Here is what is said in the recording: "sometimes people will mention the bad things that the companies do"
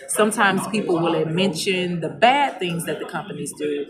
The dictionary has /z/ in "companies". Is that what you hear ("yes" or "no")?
yes